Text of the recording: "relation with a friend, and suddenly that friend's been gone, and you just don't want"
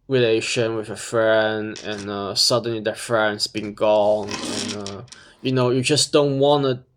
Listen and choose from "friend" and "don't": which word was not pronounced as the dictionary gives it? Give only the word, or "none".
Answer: none